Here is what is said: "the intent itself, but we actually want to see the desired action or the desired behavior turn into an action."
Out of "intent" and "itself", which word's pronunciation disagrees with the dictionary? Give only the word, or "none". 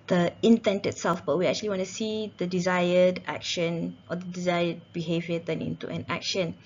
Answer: none